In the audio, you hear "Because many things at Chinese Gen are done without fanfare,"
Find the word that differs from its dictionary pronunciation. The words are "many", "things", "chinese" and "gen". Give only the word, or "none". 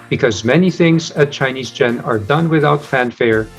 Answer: none